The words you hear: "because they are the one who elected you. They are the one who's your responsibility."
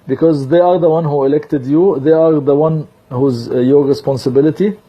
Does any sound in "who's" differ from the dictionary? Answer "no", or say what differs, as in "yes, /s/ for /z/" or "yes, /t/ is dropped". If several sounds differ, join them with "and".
no